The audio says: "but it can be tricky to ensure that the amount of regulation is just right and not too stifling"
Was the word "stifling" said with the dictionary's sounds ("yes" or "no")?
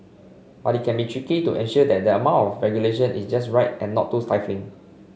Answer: yes